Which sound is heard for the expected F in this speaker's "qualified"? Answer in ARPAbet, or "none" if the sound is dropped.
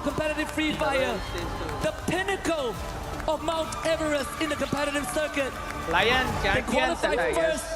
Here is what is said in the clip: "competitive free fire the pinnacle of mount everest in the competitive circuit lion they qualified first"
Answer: none